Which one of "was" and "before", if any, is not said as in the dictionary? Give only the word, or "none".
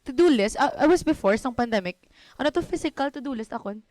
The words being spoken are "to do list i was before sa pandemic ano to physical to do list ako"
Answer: was